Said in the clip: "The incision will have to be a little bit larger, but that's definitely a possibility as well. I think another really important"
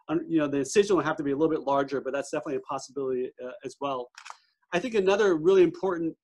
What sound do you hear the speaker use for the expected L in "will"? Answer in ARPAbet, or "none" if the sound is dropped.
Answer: N